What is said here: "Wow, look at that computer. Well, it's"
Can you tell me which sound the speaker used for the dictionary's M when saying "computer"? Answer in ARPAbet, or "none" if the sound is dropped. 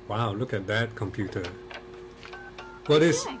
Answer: M